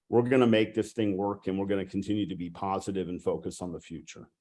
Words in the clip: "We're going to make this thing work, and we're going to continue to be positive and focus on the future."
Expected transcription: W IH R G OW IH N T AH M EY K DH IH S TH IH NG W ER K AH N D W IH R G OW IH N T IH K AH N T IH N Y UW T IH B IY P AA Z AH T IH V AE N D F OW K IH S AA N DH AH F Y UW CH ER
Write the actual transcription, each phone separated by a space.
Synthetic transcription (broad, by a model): W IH R G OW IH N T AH M EY K DH IH S TH IH NG W ER K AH N W IH R G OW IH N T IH K N T IH N Y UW T IH B IY P AA Z AH T IH V N F OW K IH S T N DH AH F Y UW CH ER